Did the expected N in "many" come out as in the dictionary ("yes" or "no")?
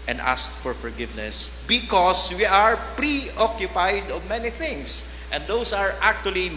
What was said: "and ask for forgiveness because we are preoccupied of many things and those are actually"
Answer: yes